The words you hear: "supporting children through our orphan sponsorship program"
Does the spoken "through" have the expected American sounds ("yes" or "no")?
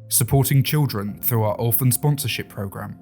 yes